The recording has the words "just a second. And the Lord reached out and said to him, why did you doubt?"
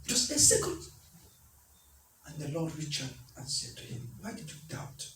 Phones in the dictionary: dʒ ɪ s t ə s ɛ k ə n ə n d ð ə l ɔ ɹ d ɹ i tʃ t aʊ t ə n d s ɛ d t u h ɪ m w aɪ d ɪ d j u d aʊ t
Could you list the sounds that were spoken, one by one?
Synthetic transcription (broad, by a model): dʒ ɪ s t ə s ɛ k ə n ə n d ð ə l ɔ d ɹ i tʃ aʊ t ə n s ɛ d t u h ɪ m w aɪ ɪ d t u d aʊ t